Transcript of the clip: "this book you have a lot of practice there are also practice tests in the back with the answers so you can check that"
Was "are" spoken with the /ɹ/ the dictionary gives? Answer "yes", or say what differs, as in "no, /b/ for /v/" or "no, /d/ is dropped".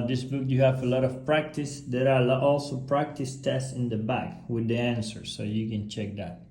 no, /l/ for /ɹ/